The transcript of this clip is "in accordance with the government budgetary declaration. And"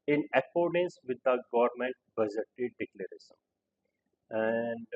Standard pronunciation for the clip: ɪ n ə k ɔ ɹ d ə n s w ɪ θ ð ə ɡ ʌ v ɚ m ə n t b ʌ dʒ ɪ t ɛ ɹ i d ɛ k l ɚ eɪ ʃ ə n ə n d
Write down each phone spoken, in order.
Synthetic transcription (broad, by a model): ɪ n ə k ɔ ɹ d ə n s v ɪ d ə ɡ ʌ v ɚ m ə n t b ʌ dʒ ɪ t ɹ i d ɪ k l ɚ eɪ s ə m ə n d